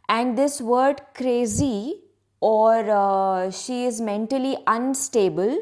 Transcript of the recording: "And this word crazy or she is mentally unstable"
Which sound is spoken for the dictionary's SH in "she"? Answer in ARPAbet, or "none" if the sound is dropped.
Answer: SH